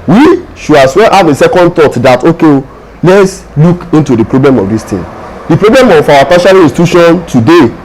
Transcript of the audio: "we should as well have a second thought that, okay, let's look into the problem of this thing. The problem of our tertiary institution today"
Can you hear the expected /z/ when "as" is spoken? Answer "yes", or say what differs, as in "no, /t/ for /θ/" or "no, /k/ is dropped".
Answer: no, /s/ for /z/